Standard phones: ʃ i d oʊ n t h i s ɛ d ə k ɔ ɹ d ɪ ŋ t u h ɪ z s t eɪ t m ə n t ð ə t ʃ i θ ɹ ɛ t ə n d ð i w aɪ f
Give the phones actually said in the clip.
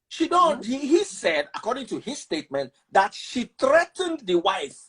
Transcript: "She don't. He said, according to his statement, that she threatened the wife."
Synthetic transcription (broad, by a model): ʃ i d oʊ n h h i s ɛ d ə k ɔ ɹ d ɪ ŋ t u h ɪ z s t eɪ t m ə n t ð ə t ʃ i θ ɹ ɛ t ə n d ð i w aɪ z